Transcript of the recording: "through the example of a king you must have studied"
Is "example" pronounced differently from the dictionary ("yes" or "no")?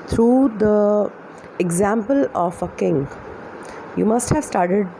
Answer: no